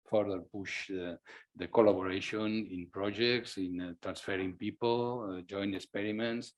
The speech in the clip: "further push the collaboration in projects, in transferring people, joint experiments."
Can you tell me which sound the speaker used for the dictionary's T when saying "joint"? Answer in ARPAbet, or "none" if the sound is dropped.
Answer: none